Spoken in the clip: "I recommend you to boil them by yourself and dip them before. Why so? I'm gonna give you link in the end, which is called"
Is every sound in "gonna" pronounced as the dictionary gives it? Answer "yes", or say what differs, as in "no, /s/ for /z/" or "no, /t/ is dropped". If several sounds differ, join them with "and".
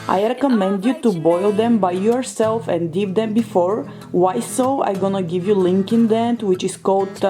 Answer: yes